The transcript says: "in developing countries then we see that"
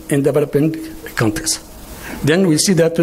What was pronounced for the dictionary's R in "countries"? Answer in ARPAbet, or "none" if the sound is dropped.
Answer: none